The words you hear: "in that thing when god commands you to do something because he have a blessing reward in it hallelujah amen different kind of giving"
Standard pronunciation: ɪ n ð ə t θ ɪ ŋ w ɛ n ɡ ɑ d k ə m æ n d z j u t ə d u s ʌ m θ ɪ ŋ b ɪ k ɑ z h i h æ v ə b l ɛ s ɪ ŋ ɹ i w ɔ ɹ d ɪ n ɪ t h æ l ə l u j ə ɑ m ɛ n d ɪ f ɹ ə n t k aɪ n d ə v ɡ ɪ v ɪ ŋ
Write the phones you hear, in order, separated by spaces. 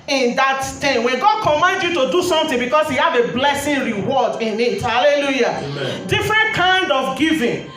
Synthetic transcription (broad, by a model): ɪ n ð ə t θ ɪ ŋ w ɛ n ɡ ɑ d k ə m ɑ n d j u t ə d u s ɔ m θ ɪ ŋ b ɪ k ɑ s h i h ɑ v ə b l ɛ s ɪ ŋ ɹ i w ɔ d ɪ n ɪ t h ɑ l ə l u j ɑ d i f ɹ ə n t k aɪ n d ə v ɡ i v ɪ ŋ